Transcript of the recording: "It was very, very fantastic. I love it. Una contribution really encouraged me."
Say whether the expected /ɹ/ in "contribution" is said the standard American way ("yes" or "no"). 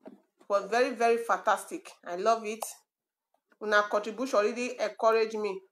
no